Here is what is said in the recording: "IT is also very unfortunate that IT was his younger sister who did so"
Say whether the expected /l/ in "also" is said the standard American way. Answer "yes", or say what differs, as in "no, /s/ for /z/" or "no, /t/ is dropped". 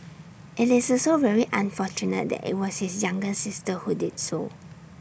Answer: no, /l/ is dropped